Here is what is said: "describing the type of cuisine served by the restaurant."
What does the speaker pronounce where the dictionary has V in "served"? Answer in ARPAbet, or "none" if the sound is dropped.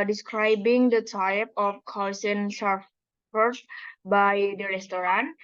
F